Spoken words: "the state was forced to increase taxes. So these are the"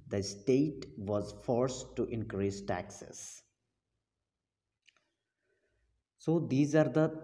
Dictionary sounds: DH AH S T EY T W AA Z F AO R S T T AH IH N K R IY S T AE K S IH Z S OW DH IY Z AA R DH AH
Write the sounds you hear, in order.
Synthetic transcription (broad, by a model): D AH S T EY T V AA Z F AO R S T T IH N K R IY S T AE K S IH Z S OW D IY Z AA R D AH